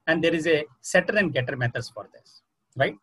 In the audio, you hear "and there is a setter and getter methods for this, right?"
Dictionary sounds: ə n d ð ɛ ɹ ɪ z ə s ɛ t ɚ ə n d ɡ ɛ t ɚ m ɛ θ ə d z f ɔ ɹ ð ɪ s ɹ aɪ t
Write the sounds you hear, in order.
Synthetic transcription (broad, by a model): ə n d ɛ ɹ ɪ z ə s ɛ t ɚ ə n d ɡ ɛ t ɚ m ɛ t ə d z f ɔ ɹ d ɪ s ɹ aɪ t